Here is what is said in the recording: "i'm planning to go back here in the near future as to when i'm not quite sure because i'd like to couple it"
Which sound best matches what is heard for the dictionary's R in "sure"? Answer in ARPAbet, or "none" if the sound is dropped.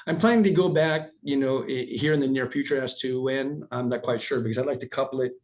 R